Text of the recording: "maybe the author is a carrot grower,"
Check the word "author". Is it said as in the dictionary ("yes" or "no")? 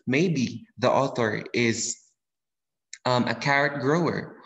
yes